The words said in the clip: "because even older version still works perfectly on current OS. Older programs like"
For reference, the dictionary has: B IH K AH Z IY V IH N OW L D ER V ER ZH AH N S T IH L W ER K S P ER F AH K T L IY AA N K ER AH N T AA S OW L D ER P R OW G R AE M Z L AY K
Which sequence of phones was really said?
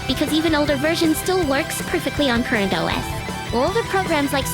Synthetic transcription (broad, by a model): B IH K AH Z IY V IH N OW L D ER V ER ZH AH N S T IH L W ER K S P ER F AH K T L IY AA N K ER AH N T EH S OW L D ER P R OW G R AE M Z L AY K